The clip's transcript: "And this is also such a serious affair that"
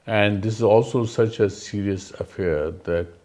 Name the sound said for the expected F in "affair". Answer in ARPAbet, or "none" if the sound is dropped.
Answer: F